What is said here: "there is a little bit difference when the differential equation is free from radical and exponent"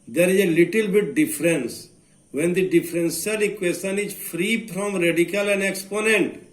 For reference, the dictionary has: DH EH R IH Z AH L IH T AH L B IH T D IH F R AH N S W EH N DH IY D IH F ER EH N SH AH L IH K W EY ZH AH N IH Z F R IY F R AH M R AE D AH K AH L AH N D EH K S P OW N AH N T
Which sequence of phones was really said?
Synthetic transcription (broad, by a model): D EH R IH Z AH L IH T AH L B IH T D IH F R AH N S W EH N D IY D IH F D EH N S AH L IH K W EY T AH N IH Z F R IY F R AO M R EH D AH K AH L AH N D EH K S P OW N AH N T